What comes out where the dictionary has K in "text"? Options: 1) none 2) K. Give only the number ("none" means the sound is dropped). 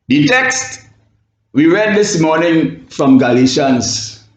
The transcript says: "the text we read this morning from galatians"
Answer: 2